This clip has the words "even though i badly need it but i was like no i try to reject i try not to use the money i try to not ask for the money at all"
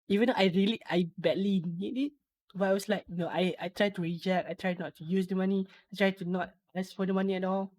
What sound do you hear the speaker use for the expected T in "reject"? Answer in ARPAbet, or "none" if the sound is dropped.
none